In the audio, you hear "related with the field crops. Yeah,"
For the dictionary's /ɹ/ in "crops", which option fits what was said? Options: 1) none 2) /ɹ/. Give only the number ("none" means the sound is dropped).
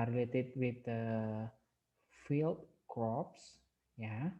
1